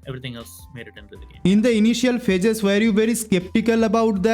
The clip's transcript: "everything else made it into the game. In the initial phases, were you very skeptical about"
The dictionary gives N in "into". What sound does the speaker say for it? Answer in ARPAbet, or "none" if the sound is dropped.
none